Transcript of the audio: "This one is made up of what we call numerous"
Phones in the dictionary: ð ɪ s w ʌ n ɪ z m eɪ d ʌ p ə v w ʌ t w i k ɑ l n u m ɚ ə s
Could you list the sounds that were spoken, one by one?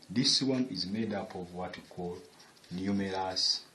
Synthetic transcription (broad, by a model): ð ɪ s w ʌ n ɪ z m eɪ d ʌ p ə v w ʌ t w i k ɑ l n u m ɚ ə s